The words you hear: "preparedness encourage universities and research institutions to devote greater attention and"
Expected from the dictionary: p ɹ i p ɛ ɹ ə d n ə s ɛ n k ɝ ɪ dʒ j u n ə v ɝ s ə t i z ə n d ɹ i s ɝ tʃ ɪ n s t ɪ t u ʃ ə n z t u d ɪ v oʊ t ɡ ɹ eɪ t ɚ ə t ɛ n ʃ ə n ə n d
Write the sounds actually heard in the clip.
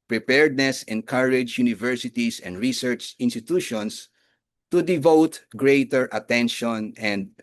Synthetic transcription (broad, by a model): p ɹ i p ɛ ɹ d n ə s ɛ n k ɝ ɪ dʒ j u n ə v ɝ s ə t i s ə n d ɹ i s ɝ tʃ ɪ n s t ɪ t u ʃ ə n s t u d ɪ v oʊ t ɡ ɹ eɪ t ɚ ə t ɛ n ʃ ə n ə n d